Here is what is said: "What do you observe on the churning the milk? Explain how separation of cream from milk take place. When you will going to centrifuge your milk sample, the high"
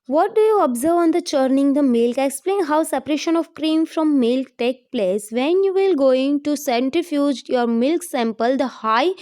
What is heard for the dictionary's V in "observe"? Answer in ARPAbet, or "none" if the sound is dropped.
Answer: V